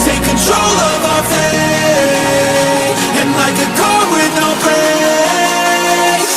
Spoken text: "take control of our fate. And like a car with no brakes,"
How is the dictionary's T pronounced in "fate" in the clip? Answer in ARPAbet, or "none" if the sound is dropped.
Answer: none